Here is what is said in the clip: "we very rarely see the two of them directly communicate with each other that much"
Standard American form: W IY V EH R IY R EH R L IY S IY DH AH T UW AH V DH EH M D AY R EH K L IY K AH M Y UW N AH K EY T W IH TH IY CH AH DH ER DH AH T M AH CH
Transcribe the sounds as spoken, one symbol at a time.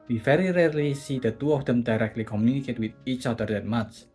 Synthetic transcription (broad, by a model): W IY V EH R IY R EH R L IY S IY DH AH T UW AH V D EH M D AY R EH K L IY K AH M Y UW N AH K EY T W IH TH IY CH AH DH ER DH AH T M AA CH